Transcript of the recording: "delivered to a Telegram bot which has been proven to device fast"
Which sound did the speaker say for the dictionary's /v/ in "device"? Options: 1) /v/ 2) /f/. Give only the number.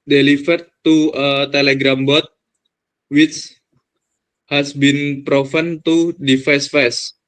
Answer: 2